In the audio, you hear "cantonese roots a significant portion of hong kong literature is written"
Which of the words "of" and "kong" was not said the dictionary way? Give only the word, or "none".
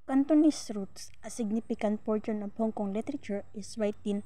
of